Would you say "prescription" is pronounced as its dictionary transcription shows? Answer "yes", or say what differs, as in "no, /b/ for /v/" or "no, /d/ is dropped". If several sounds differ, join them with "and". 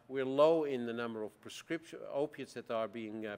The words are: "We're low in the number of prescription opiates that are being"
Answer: no, /n/ is dropped